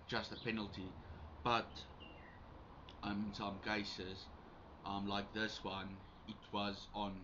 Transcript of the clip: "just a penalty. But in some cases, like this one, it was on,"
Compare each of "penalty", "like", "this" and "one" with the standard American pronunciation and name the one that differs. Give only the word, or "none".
none